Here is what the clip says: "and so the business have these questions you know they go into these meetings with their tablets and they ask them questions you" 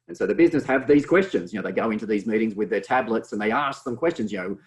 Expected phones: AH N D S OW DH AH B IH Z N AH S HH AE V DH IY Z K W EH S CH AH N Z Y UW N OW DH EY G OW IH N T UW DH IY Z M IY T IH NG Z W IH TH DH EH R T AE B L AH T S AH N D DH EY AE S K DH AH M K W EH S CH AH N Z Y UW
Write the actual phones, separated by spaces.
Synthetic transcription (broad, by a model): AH N S OW DH AH B IH Z N AH S HH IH V DH IY Z K W EH S CH AH N Z Y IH N OW DH EY G OW IH N T UW DH IY Z M IY T IH NG Z W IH DH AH R T AE B L AH T S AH N DH EY AE S K DH AH M K W EH S CH AH N Z Y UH